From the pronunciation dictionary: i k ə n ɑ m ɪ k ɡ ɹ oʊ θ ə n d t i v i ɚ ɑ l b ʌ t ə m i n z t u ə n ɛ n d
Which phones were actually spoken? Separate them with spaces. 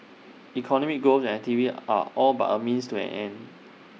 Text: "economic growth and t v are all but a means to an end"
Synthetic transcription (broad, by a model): i k ə n ɑ m ɪ k ɡ oʊ s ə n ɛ t i v i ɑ ɑ l b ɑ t ə m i n s t u ə n ɛ n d